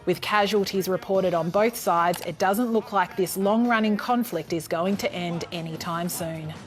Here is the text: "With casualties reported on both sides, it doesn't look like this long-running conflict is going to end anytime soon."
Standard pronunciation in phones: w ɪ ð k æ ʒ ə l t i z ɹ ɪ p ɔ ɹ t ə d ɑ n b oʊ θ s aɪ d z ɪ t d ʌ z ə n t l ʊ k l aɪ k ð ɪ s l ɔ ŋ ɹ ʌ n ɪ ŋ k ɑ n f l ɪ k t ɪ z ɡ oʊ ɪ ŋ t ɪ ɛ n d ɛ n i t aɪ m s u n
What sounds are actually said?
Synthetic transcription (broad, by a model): w ɪ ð k æ ʒ ə l t i z ɹ ɪ p ɔ ɹ t ə d n b oʊ θ s aɪ d z ɪ t d ʌ z ə n t l ʊ k l aɪ k ð ɪ s l ɔ ŋ ɹ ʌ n ɪ ŋ k ɑ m f l ɪ k t ɪ z ɡ oʊ ɪ ŋ t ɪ ɛ n d ɛ n i t aɪ m s u n